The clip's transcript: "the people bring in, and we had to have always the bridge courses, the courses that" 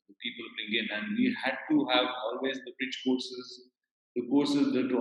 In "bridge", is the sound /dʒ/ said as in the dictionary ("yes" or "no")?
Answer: no